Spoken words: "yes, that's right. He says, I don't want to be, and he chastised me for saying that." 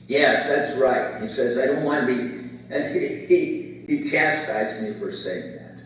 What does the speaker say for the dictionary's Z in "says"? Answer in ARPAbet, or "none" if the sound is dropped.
Z